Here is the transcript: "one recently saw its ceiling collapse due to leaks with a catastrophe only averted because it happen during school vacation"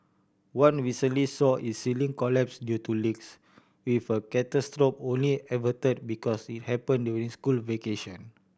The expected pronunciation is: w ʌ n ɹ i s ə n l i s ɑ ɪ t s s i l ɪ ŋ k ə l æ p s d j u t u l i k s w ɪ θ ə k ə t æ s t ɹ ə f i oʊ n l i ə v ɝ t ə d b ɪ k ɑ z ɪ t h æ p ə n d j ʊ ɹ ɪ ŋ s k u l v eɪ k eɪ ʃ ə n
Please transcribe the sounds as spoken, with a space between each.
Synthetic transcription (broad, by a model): w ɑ n w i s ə l i s ɑ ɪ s s i l ɪ ŋ k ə l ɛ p s d j u t u l i k s w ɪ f ə k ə t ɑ s t ɹ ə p oʊ n l i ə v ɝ t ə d b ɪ k ɑ s ɪ t h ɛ p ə n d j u ɹ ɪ ŋ s k u l v eɪ k eɪ ʃ ə n